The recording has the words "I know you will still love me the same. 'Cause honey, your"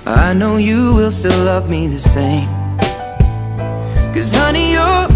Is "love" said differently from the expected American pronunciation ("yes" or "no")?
no